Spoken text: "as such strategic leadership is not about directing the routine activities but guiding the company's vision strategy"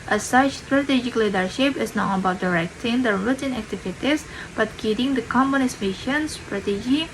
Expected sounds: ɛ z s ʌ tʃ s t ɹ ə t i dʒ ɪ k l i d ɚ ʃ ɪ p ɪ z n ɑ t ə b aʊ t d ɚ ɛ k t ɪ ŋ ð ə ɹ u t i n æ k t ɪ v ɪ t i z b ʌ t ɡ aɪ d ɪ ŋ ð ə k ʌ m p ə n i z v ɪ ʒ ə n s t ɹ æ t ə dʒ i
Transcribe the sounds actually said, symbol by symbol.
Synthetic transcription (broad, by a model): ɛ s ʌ tʃ s t ɹ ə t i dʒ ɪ k l i d ɚ ʃ ɪ p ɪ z n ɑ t ə b aʊ t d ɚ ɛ k t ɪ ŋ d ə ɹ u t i n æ k t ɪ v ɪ t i s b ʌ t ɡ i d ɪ ŋ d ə k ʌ m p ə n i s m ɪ ʃ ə n s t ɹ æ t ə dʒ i